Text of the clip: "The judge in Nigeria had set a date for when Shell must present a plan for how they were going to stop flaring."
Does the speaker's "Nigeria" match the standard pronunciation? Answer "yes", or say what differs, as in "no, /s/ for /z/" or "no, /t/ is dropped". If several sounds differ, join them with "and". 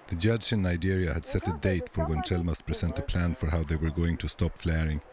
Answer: yes